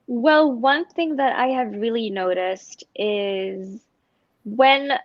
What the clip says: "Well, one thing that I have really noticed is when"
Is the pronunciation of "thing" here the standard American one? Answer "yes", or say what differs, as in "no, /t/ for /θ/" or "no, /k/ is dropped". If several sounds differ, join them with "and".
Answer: yes